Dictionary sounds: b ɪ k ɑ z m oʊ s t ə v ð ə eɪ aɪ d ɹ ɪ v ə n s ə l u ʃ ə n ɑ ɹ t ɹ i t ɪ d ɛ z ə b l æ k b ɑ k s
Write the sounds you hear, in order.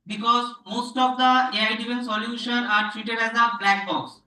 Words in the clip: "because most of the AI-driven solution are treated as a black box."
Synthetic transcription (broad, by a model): b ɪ k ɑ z m oʊ s t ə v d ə eɪ aɪ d i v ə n s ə l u ʃ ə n ɑ ɹ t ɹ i t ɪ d ɛ z ə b l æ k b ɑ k s